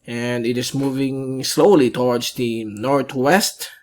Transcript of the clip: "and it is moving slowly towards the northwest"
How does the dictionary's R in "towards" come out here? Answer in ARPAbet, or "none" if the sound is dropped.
W